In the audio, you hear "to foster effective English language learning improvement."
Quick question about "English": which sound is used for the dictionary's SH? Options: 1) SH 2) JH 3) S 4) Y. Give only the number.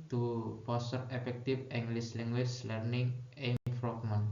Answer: 3